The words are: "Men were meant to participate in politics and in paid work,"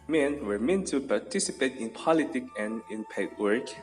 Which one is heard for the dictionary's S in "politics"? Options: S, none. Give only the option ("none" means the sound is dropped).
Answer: none